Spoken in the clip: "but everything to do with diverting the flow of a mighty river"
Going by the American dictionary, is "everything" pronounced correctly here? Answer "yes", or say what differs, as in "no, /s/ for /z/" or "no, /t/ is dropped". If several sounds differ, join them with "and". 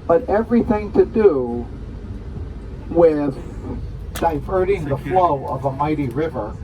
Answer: yes